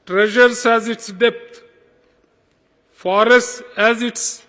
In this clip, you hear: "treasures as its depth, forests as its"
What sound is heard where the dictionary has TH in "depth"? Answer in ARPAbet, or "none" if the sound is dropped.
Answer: T